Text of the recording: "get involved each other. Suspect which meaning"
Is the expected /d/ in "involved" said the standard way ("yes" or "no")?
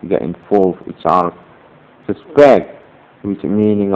no